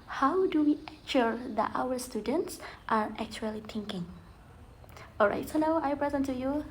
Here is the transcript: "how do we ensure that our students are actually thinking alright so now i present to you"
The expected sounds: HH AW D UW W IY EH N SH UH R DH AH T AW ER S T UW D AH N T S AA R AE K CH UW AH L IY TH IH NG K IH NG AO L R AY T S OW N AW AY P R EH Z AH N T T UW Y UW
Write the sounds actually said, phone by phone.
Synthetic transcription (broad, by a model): HH AW D UW W IY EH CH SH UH R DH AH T AW ER S T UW D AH N T S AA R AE K CH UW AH L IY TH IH NG K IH NG AO L R AY T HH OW L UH AY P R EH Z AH N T T UW Y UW